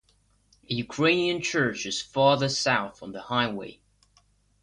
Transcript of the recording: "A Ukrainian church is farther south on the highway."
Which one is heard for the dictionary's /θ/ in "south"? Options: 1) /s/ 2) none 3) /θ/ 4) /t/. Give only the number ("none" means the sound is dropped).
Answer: 3